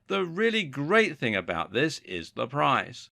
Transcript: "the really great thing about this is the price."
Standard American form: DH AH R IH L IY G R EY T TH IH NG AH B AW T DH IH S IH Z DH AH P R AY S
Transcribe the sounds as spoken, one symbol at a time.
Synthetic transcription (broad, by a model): DH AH R IH L IY G R EY T TH IH NG AH B AW T DH IH S IH Z DH AH P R AY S